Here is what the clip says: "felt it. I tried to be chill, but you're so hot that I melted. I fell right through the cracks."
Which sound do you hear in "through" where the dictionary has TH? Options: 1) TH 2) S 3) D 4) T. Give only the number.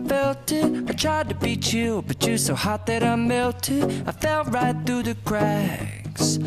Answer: 1